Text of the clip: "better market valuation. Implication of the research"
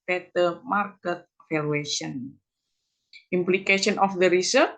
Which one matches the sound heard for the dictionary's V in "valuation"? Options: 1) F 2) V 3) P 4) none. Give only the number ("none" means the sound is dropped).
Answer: 1